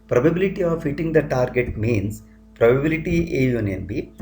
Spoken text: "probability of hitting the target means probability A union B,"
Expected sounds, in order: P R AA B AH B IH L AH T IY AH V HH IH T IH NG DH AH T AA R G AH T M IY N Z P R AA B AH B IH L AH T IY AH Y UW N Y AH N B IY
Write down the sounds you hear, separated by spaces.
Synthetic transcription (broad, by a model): P R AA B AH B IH L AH T IY AH V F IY T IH NG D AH T AA R G AH T M IY N S P R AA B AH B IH L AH T IY AH Y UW N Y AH N B IY